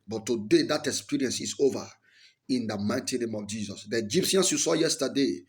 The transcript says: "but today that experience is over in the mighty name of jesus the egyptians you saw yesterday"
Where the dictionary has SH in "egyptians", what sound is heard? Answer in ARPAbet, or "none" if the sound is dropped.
S